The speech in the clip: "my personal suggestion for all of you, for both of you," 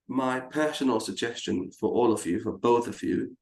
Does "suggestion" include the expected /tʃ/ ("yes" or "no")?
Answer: yes